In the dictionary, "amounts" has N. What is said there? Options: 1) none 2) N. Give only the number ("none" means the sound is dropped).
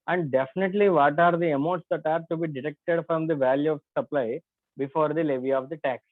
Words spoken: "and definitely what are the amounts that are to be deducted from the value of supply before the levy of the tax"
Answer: 1